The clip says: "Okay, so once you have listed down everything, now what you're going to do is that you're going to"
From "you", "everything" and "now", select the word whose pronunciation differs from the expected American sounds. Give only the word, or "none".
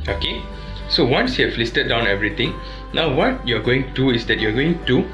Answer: everything